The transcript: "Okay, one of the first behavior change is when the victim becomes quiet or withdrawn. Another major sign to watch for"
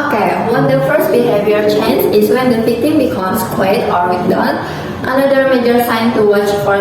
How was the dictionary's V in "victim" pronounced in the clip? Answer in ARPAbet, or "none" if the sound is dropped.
F